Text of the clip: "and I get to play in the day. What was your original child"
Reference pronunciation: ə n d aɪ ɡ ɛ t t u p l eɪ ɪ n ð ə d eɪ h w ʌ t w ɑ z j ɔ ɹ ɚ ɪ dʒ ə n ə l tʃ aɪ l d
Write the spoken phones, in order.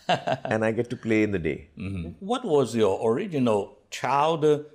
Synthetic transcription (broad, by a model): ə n aɪ ɡ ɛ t t u p l eɪ ɪ n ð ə d eɪ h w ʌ t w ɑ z j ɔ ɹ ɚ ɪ dʒ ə n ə l tʃ aɪ l d